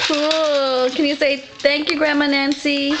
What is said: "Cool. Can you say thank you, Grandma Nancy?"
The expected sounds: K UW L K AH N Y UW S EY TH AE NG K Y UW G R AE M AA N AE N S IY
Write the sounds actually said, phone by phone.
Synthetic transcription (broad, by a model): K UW L K AH N Y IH S EY TH AE NG K Y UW G R AE M AA N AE N S IY